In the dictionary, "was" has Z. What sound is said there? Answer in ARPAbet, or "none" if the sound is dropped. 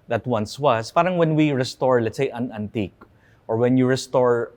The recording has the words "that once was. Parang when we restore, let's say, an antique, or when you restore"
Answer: S